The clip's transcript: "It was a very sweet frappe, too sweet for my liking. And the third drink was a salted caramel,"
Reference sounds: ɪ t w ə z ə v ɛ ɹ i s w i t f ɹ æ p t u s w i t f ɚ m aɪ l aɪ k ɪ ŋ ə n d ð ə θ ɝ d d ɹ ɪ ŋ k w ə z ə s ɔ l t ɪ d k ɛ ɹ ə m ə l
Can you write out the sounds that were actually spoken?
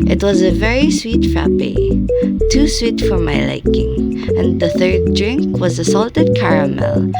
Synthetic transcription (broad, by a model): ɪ t w ə z ə v ɛ ɹ i s w i t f ɹ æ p t u s w i t f ɚ m aɪ l aɪ k ɪ ŋ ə n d ð ə θ ɝ d d ɹ ɪ ŋ k w ə z ə s ɔ l t ɪ d k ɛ ɹ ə m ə l